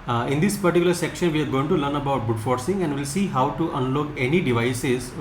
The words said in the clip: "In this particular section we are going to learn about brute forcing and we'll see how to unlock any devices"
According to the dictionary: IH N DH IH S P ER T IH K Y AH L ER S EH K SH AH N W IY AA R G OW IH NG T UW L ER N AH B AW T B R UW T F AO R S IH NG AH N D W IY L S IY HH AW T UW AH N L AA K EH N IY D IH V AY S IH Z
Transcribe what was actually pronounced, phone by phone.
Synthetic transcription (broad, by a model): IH N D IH S P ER T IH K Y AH L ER S EH K SH AH N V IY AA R G OW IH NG T UW L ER N AH B AW T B UW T F AO R S IH NG AH N D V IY L S IY HH AW T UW AH N L AA K EH N IY D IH V AY S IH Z